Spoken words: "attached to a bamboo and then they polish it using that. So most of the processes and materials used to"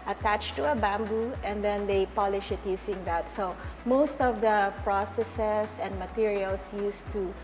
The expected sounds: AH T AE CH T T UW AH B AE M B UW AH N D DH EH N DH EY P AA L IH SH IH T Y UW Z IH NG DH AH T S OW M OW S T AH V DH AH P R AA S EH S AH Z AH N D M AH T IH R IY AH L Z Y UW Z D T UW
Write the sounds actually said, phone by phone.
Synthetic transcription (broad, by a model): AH T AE CH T T UW AH B AE M B UW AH N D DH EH N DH EY P AA L IH SH IH T Y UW S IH NG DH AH T S OW M OW S T AH V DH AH P R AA S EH S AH S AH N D M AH T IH R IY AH L S Y UW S T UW